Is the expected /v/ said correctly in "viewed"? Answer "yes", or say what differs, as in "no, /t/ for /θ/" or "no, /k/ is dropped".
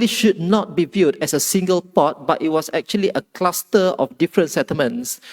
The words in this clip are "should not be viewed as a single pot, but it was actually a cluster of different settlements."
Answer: yes